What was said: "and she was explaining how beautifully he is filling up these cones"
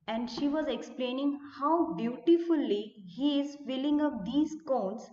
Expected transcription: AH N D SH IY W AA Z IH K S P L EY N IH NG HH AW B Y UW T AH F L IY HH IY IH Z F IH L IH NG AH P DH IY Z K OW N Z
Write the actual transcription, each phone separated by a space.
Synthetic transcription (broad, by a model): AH N D SH IY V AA Z IH K S P L EY N IH NG HH AW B Y UW T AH F L IY HH IY IH Z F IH L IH NG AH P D IY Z K OW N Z